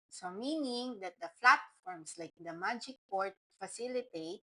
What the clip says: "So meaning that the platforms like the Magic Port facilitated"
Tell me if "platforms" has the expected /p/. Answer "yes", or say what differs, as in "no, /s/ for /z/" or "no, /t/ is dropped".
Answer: no, /f/ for /p/